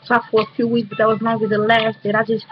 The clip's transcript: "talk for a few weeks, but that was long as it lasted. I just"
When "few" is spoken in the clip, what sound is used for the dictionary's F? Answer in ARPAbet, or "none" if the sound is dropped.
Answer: F